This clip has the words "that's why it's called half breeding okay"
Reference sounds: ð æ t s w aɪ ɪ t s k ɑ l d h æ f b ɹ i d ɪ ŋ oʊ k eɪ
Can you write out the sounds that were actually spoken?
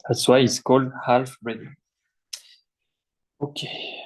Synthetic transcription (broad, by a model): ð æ t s w aɪ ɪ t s k ɑ l d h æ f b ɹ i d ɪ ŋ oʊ k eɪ